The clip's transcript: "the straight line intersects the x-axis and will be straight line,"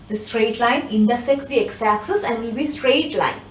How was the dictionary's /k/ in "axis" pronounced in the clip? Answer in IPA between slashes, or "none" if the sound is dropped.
none